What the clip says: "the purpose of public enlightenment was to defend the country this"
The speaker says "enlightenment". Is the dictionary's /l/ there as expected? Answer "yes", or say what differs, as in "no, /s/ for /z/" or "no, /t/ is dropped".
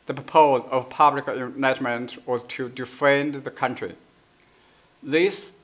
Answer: no, /l/ is dropped